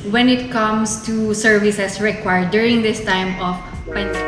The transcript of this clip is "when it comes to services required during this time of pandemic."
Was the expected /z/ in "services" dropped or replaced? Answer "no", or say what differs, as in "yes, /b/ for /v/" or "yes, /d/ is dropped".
yes, /s/ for /z/